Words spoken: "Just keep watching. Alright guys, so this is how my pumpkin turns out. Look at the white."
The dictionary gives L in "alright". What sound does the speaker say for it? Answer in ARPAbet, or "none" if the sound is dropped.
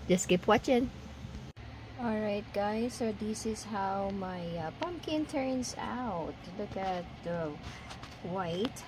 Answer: L